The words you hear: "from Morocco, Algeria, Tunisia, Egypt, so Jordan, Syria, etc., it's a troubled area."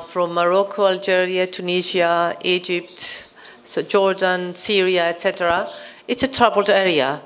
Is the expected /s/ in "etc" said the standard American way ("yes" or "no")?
yes